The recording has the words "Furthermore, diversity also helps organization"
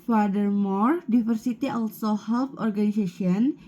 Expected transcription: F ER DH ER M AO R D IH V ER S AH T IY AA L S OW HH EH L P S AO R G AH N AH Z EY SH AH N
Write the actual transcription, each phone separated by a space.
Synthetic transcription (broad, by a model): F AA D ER M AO R D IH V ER S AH T IY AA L S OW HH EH L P AO R G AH N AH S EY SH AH N